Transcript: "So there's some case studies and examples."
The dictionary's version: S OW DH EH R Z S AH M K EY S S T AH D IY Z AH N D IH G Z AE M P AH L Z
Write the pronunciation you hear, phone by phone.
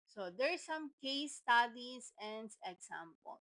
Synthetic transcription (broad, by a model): S OW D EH R S AH M K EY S S T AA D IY S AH N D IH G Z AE M P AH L